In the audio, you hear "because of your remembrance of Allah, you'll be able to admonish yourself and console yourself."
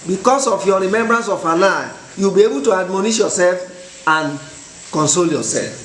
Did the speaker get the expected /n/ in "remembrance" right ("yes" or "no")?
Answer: yes